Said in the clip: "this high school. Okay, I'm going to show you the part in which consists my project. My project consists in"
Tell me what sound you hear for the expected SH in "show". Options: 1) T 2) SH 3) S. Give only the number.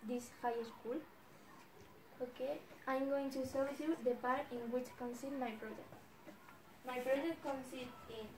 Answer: 3